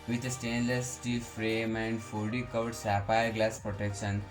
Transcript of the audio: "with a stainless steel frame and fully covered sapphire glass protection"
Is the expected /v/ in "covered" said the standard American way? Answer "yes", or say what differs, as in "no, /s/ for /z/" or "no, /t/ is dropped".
no, /v/ is dropped